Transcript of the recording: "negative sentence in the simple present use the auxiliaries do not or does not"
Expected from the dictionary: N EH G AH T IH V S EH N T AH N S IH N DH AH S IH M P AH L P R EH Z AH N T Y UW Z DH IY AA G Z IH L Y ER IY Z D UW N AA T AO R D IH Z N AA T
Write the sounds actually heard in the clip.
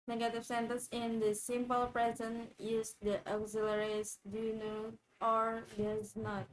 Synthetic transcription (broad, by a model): N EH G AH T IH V S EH N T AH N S IH N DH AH S IH M P AH L P R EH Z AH N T Y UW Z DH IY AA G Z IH L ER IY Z D UW N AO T AO R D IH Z N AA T